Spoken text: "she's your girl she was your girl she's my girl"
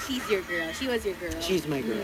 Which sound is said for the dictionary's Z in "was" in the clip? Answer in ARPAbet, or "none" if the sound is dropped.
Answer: Z